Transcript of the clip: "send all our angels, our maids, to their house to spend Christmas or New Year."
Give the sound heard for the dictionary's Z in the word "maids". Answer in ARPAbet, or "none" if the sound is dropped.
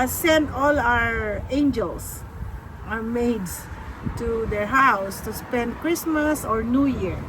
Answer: S